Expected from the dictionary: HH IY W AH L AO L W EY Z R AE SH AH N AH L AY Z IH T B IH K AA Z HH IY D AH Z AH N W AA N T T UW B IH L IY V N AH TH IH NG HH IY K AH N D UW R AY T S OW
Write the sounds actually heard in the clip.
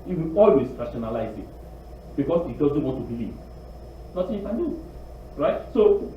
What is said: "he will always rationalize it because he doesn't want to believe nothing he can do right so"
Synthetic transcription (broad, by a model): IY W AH AO L W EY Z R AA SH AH N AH L AY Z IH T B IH K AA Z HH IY D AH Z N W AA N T T UW B IH L IY V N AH S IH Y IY K AH N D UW R AY T S OW